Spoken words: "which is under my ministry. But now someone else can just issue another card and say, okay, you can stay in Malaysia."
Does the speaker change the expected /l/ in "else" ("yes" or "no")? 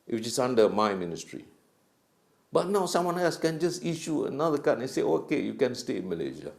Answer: yes